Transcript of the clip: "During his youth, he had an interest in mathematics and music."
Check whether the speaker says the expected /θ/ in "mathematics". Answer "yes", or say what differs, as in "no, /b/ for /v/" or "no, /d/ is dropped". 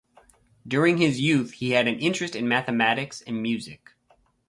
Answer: yes